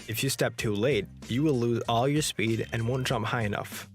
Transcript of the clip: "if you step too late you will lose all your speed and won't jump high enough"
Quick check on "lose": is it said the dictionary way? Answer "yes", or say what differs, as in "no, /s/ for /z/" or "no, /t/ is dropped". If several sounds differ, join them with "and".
yes